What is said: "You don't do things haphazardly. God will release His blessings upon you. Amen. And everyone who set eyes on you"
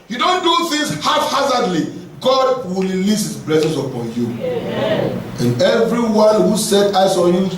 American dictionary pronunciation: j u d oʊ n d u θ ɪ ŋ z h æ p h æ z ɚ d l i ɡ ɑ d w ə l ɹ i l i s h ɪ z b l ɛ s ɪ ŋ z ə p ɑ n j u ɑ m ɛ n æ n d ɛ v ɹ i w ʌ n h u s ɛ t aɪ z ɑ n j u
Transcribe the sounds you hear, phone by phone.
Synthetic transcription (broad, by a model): j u d oʊ n d u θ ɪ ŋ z h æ f h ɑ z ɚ d l i ɡ ɑ d w ə l ɹ i l i s h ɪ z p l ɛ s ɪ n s ə p ɑ n j u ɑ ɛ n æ n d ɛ v ɹ i w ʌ n h u s ɛ t aɪ s ɑ n j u